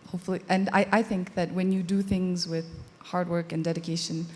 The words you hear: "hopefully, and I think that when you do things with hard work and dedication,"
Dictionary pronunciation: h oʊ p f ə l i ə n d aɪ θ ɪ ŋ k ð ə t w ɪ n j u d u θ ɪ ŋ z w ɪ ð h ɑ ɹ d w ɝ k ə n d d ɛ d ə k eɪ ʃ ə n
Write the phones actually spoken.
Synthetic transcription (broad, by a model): h oʊ p f l i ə n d aɪ θ ɪ ŋ k ð ə t w ɪ n j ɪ d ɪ θ ɪ ŋ z w ɪ ð h ɑ ɹ d w ɝ k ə n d d ɛ d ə k eɪ ʃ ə n